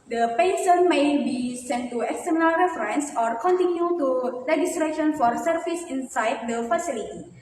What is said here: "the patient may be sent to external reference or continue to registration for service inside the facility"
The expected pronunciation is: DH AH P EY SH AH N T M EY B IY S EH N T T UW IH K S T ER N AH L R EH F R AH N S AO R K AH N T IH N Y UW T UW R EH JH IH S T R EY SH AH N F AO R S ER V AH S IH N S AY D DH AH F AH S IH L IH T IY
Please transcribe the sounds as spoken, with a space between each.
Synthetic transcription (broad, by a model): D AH P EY S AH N M EY B IY S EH N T T UW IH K S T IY N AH L R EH F R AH N S AO R K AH N T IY N Y UW T UW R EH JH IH S T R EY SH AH N F AO R S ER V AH S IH N S AY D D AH F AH S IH L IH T IY